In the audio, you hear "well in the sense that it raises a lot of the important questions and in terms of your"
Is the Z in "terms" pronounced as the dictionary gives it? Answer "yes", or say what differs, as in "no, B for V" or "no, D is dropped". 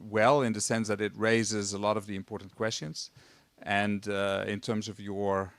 yes